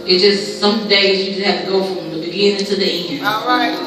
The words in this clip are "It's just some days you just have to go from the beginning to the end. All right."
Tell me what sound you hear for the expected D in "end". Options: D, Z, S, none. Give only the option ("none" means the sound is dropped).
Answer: none